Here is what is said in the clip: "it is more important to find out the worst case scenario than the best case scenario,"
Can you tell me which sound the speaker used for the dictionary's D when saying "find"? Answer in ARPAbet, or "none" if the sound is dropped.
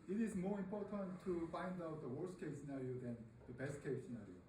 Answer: D